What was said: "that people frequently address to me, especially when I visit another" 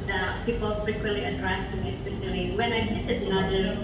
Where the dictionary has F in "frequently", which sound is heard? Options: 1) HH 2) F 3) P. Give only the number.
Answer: 3